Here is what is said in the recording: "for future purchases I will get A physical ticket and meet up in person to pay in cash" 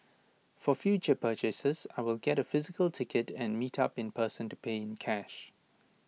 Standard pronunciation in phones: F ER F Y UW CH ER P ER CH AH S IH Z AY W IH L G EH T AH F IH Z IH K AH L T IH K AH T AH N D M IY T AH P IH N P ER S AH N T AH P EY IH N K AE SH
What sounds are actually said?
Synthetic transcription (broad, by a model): F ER F Y UW CH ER P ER CH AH S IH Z AY W IH L G EH T AH F IH Z IH K AH L T IH K AH T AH N M IY T AH P IH N P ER S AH N T AH P EY IH N K AE SH